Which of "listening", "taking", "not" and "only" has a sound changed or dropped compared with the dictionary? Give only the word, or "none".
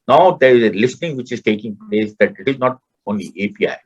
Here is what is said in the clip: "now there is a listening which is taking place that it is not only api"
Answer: none